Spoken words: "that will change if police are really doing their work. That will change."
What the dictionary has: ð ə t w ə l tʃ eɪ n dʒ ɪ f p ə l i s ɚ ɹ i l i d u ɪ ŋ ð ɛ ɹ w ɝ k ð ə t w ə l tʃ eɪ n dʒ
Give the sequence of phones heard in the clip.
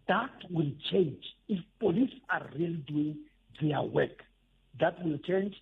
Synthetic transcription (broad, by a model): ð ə t w ə l tʃ eɪ n dʒ ɪ f p ə l i s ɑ ɹ i l i d u ɪ ŋ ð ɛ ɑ w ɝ k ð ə t w ə l tʃ eɪ n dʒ